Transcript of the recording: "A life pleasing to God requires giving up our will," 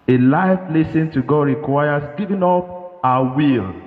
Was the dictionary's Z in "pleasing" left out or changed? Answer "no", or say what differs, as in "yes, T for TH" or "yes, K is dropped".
yes, S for Z